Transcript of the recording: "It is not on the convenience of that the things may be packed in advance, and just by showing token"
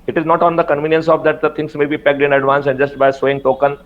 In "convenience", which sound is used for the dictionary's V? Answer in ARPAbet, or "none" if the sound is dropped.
V